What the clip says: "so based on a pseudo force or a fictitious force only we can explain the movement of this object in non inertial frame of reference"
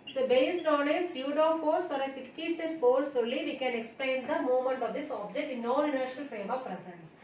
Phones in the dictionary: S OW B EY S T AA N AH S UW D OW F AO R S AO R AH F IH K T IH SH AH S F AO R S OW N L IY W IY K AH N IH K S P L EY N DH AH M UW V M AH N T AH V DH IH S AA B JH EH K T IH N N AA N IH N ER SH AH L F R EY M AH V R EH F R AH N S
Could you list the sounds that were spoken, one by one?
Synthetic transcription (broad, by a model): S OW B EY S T AA N AH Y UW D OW F AO R S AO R AH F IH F T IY S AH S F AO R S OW L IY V IY K AH N IH K S P L EY N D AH M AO M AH N T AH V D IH S AA B JH EH K T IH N N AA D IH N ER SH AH L F R EY M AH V R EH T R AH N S